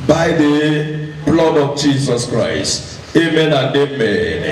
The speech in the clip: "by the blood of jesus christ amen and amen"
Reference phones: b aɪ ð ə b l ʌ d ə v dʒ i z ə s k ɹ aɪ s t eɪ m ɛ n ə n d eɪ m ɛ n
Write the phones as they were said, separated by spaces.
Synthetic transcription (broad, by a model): b aɪ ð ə b l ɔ d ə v dʒ i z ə s k ɹ aɪ s t eɪ m ɛ n ə n d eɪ m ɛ n